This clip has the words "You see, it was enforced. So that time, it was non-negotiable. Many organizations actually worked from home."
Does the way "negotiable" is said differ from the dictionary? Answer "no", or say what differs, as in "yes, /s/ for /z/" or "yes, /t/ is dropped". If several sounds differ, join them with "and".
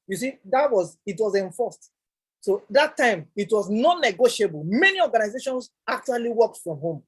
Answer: no